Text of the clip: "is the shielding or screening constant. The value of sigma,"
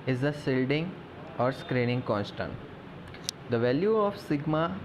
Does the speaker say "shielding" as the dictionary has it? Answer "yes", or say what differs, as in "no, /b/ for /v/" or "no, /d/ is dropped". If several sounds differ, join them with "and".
no, /s/ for /ʃ/